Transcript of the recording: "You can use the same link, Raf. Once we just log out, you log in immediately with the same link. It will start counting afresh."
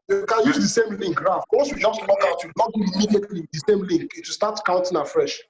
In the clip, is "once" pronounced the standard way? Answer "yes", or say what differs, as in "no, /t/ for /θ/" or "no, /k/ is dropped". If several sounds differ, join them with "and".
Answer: no, /n/ is dropped